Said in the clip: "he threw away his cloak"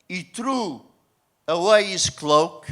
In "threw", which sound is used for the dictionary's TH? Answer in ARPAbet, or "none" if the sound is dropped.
T